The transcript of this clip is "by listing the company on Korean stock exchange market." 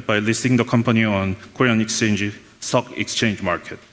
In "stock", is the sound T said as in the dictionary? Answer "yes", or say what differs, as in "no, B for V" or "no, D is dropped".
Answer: no, S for T